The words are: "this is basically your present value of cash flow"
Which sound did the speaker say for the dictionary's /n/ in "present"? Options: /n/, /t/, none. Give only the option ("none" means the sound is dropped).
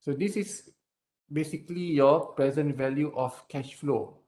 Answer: /n/